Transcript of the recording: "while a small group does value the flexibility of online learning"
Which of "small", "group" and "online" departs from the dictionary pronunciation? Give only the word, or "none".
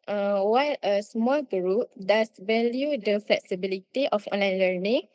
none